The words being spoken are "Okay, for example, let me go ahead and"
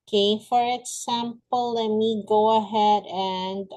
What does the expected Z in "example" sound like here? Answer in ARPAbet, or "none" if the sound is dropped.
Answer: S